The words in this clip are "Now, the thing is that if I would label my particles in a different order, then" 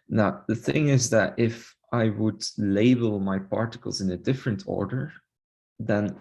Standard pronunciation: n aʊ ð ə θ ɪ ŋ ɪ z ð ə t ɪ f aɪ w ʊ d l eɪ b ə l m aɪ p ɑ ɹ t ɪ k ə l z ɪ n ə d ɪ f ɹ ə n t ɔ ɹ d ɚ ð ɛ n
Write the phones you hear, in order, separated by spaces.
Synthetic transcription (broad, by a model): n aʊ ð ə θ ɪ ŋ ɪ z ð ə t ɪ f aɪ w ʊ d l eɪ b ə l m aɪ p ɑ ɹ t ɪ k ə l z ɪ n ə d ɪ f ɹ ə n t ɔ ɹ d ɚ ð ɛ n